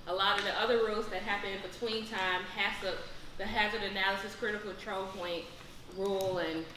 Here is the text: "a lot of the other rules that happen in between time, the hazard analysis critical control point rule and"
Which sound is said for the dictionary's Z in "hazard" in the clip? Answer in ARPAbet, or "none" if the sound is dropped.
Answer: Z